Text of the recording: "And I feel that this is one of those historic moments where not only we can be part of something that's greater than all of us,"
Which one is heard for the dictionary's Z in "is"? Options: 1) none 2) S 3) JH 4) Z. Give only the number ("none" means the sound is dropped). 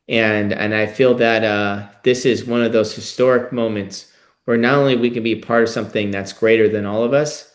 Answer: 4